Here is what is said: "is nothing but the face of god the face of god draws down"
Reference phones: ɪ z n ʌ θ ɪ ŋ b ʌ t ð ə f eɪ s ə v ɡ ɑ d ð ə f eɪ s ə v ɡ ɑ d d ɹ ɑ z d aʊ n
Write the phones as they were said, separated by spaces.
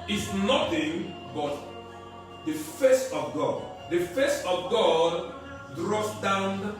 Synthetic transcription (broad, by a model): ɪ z n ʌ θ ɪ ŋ b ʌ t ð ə f eɪ s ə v ɡ ɑ d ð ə f eɪ s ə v ɡ ɑ d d ɹ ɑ s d aʊ n